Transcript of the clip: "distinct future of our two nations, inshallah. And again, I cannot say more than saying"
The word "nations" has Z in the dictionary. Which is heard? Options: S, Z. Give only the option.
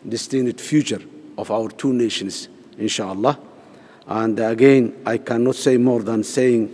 S